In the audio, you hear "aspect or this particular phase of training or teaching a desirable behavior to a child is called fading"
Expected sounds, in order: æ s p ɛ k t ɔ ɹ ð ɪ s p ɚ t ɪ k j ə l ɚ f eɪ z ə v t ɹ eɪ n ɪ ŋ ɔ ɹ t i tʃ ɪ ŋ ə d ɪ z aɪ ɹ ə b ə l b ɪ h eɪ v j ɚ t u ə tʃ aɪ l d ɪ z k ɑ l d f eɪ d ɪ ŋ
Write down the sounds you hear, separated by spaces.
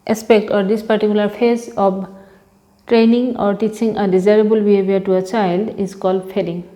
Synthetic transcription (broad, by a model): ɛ s p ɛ k t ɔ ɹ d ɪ s p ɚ t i k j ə l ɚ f eɪ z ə b t ɹ eɪ n ɪ ŋ ɔ ɹ t i tʃ ɪ ŋ ə d ɪ z aɪ ɹ ə b ə l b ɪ h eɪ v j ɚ t u ə tʃ aɪ l d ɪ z k ɑ l d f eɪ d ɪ ŋ